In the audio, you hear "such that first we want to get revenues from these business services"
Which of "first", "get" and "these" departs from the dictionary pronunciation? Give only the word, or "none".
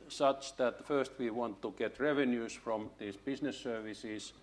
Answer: these